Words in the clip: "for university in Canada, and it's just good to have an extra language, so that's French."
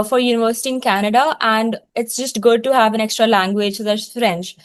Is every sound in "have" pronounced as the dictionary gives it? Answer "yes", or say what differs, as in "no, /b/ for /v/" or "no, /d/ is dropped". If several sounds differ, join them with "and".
yes